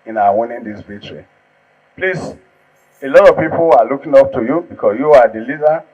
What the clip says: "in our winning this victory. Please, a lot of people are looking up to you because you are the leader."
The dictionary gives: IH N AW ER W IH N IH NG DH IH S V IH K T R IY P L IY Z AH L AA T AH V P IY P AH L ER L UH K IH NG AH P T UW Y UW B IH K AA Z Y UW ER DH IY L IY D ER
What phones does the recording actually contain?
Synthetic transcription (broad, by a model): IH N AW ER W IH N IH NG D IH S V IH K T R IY P L IY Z AH L AA T AH V P IY P AH L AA L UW K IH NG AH P T UW Y UW B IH K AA S Y UW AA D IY L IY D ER